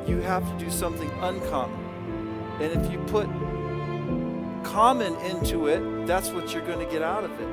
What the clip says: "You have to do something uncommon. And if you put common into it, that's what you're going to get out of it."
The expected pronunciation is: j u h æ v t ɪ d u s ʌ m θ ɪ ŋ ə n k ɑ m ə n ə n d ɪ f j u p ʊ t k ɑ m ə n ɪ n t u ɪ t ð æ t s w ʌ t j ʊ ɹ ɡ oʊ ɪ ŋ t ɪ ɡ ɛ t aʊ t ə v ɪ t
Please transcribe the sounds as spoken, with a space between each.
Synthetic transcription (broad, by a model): j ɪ h æ f t ɪ d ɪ s ʌ m θ ɪ ŋ ə n k ɑ m ə n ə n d ɪ f j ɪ p ʊ t k ɑ m ə n ɪ n t u ɪ t ð æ t s w ʌ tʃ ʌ ɹ ɡ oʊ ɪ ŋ t ɪ ɡ ɛ t aʊ t ə v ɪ t